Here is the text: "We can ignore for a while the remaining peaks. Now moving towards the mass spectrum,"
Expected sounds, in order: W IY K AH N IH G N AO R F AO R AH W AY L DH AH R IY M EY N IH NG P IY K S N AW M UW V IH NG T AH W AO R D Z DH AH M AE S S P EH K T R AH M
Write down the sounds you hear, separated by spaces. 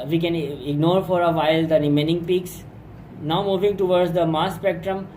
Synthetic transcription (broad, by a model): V IY K AH N IH G N AO R F AO R AH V AY L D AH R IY M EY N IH NG P IY K S N AW M UW V IH NG T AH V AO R D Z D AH M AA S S P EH K T R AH M